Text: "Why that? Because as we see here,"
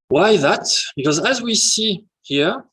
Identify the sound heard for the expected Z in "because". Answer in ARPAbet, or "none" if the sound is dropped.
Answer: Z